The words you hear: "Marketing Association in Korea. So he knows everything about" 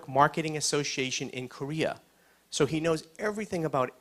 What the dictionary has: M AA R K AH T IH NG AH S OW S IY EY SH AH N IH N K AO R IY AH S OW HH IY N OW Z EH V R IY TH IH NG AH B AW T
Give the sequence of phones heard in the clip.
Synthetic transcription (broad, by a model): M AA R K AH T IH NG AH S OW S IY EY SH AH N IH N K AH R IY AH S OW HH IY N OW Z EH V R IY TH IH NG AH B AW T